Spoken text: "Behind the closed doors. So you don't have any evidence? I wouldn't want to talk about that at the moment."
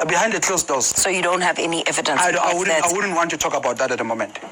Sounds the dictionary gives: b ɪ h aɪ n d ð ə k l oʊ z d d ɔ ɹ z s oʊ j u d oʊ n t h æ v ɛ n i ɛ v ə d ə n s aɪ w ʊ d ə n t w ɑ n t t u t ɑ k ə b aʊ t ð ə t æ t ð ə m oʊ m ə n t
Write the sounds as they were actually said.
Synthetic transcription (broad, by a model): b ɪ h aɪ n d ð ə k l oʊ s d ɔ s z s oʊ j u d oʊ n t h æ v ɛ n i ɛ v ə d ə n aɪ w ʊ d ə n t w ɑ n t t u t ɑ k ə b aʊ t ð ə t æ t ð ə m oʊ m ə n t